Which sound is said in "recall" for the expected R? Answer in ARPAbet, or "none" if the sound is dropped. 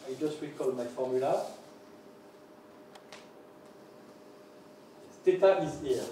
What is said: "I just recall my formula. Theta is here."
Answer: W